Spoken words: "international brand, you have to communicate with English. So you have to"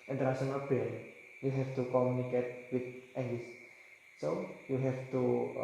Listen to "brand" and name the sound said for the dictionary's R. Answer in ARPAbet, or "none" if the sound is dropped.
none